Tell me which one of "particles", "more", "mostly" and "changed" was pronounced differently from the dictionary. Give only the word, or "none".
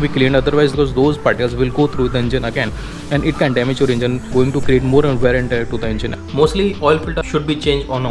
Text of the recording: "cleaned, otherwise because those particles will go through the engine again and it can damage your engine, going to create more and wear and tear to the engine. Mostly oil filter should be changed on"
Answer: particles